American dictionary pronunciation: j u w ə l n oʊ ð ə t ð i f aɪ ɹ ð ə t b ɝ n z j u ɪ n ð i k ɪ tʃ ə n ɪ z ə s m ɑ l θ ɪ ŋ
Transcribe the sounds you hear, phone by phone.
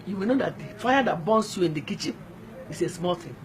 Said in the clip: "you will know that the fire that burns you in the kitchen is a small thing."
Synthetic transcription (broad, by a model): j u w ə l n oʊ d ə t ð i f aɪ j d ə t b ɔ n s j u ɪ n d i k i tʃ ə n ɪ s ə s m ɑ l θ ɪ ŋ